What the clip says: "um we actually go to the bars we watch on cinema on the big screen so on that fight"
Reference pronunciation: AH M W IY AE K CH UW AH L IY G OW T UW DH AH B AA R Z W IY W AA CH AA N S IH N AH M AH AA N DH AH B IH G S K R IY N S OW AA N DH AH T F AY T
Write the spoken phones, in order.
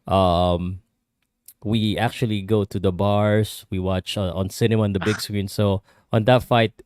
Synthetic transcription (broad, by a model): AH M W IY AE K CH UW AH L IY G OW T UW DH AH B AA R S W IY W AA CH AA N S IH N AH M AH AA N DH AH B IH G S K R IY N S OW AA N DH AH T F AY T